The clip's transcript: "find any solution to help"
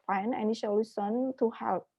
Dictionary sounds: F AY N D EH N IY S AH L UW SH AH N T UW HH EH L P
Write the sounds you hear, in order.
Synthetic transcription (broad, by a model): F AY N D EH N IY SH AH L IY S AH N T UW HH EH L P